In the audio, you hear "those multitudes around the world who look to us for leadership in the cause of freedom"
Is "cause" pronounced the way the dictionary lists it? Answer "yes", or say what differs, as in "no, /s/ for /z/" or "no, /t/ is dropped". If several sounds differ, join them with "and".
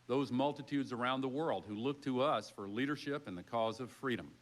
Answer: yes